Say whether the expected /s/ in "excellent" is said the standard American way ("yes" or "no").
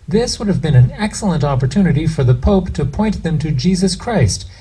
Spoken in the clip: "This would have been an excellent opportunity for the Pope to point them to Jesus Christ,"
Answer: yes